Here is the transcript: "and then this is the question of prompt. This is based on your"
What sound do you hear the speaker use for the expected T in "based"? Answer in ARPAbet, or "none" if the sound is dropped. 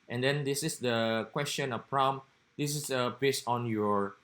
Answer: none